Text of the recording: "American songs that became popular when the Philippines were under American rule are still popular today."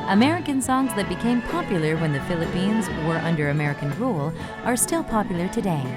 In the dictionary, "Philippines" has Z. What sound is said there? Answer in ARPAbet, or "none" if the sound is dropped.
Z